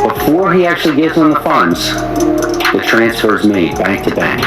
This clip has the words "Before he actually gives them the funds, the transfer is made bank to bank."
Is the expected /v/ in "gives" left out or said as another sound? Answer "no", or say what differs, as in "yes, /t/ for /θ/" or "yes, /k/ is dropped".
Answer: yes, /v/ is dropped